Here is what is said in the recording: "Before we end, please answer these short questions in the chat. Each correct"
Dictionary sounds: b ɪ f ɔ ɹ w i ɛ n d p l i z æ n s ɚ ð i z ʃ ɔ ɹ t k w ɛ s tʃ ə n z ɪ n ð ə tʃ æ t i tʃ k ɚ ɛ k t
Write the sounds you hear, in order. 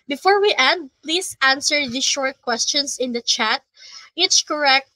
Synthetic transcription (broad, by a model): b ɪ f ɔ ɹ w i ɛ n d p l i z æ n s ɚ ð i ʃ ɔ ɹ t k w ɛ s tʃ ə n s ɪ n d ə tʃ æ t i s k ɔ ɛ k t